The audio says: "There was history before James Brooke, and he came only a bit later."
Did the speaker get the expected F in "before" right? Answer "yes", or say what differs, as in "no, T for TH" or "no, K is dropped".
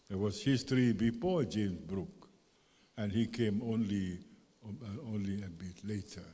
yes